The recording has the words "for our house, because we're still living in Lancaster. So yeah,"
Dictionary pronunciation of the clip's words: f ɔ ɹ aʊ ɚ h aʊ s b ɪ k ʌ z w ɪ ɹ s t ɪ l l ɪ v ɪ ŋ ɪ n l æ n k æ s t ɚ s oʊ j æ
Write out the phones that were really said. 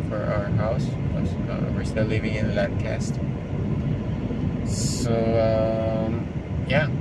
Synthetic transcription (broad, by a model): f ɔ ɹ aʊ ɚ h aʊ s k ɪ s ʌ w ɪ ɹ s t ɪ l l ɪ v ɪ ŋ ɪ n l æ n k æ s t s oʊ j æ